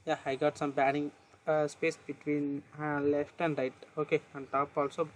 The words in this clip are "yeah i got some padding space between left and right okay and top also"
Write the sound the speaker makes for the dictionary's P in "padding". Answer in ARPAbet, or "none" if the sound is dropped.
B